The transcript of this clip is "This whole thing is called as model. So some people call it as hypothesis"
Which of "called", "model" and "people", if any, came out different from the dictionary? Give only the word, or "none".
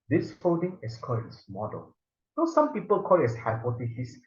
called